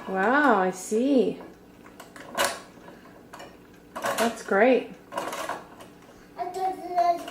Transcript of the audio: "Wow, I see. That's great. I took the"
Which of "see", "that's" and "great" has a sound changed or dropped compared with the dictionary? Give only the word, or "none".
great